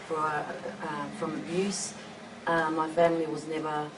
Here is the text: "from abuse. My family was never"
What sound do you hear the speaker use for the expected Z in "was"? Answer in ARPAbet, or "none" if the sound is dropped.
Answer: Z